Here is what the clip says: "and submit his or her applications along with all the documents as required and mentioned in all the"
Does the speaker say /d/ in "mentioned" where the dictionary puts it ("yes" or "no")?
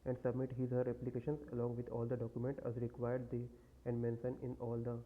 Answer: no